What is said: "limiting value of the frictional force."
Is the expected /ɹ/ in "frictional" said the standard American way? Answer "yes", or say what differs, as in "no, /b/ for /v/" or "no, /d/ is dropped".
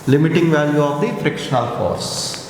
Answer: yes